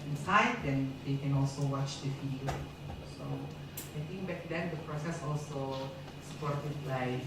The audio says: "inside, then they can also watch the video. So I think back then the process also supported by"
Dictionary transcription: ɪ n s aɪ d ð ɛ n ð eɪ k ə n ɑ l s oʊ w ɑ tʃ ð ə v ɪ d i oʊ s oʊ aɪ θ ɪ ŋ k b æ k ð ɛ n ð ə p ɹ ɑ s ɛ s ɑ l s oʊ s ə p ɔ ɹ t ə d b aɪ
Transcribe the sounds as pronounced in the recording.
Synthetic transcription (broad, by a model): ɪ n s aɪ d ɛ n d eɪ k ə n ɑ l s oʊ w ɑ tʃ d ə f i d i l s oʊ aɪ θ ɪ ŋ k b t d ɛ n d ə p ɹ ɑ s ɛ s ɑ l s oʊ s ə p ɔ ɹ t ə d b aɪ